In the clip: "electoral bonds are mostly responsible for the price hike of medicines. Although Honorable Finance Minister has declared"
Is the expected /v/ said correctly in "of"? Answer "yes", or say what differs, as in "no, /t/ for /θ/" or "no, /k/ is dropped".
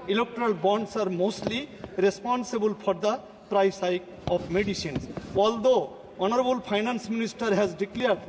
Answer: no, /p/ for /v/